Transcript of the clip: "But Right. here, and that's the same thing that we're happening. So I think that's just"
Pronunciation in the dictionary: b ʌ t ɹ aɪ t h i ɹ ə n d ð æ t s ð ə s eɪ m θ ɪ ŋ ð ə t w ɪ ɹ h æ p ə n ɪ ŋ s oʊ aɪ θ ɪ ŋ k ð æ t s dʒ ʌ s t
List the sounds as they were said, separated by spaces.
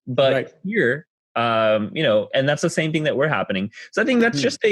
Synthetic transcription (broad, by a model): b ʌ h ɹ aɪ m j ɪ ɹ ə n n ð æ t s ð ə s eɪ m θ ɪ ŋ ð ə t w ɪ ɹ h æ p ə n ɪ ŋ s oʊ aɪ θ ɪ ŋ k ð æ t s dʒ ʌ s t